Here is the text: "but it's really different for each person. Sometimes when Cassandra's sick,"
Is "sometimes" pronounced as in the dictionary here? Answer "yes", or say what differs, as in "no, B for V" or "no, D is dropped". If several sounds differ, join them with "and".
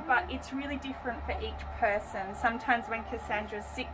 yes